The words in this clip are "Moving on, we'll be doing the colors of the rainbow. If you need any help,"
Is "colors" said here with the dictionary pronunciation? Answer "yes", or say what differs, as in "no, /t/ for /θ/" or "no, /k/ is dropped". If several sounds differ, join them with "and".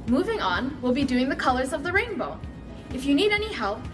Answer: yes